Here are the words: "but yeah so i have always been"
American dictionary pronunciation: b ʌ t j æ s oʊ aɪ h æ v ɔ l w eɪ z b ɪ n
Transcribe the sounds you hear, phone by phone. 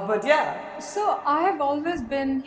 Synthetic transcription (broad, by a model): b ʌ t j æ s oʊ aɪ h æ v ɔ l w eɪ z b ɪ n